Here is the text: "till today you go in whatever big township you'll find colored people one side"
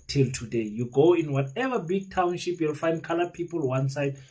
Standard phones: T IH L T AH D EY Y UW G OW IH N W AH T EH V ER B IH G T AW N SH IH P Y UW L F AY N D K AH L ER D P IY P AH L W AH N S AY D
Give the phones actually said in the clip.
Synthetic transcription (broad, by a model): T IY L T AH D EY Y UW G OW IH N W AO T EH V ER B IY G T AW N SH IH P Y UW L F AY N D K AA L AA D P IY P AH L W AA N S AY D